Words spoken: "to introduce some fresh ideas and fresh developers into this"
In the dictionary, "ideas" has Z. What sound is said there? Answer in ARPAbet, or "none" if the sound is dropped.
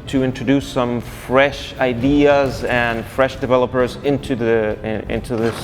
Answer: Z